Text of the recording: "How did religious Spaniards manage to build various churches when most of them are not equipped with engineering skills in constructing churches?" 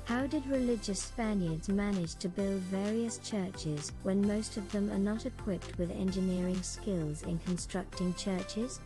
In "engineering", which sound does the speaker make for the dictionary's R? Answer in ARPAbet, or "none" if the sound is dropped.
R